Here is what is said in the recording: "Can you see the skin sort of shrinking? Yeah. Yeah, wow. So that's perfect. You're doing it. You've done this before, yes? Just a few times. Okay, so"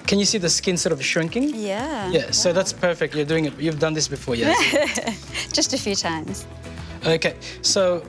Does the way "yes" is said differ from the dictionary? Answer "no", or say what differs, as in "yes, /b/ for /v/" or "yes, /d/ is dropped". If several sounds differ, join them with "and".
yes, /s/ is dropped